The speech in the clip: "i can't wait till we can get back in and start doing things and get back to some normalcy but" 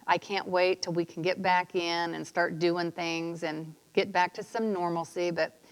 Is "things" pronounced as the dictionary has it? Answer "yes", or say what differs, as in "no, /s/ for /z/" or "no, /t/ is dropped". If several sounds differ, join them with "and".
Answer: yes